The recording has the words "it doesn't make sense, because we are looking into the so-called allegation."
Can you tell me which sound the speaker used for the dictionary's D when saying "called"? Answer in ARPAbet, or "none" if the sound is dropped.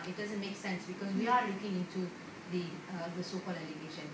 none